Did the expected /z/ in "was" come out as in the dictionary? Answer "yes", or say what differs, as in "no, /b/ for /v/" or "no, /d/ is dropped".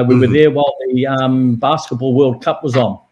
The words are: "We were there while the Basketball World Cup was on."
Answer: yes